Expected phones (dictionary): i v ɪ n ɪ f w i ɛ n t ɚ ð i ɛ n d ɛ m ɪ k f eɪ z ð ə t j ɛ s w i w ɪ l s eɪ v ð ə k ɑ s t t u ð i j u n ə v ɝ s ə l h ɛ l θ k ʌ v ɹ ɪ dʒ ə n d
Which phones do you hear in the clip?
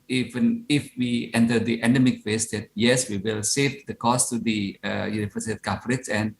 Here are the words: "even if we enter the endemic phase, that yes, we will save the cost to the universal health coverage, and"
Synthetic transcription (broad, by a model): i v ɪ n ɪ f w i ɛ n t ɚ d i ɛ n d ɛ m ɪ k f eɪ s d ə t j ɛ s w i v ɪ l s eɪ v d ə k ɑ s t t u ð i j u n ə f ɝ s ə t k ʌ f ɹ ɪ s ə n d